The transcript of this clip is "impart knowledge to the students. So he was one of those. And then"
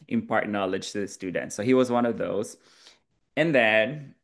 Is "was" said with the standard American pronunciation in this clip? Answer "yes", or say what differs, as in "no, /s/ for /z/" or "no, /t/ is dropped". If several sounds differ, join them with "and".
yes